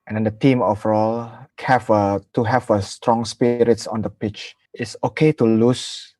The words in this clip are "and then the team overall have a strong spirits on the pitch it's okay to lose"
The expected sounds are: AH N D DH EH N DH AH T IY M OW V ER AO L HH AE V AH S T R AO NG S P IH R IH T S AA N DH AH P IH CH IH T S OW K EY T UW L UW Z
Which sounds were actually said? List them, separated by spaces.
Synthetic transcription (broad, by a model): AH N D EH N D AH T IY M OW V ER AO L HH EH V AH S T R AO NG S P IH R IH T S AA N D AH P IH CH IH T S OW K EY T UW L UW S